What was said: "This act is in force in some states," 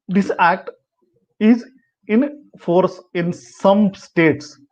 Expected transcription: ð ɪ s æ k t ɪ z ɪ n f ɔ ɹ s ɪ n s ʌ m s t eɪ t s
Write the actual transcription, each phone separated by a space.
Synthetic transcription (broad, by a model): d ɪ s æ k t ɪ z ɪ n f ɔ ɹ s ɪ n s ʌ m s t eɪ t s